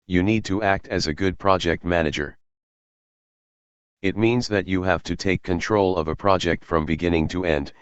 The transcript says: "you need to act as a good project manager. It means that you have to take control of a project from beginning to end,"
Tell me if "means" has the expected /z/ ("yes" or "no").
yes